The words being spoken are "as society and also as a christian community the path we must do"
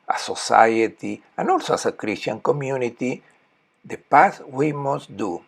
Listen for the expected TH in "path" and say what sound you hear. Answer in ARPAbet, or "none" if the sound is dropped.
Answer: S